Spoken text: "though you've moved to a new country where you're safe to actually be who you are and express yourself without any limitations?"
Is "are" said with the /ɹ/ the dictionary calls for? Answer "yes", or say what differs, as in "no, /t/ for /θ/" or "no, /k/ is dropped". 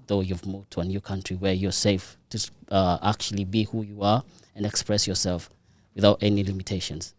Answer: yes